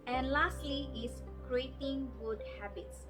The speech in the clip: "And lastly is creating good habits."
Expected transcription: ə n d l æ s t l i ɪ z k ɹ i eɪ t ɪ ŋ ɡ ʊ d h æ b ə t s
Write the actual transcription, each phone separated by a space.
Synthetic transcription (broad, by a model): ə n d l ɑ s t l i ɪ s k ɹ i eɪ t ɪ ŋ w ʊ d h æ b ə t s